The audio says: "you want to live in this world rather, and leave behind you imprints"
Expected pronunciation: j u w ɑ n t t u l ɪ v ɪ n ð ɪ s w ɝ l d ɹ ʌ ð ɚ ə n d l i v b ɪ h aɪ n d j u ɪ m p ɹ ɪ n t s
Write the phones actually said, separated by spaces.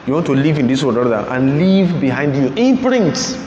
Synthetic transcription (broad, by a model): j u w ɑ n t t u l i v ɪ n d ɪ s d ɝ d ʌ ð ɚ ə n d l i v b ɪ h aɪ n d j u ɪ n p ɹ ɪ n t s